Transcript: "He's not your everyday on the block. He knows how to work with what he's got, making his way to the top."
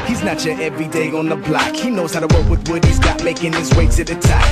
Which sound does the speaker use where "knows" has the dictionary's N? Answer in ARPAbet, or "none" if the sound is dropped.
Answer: N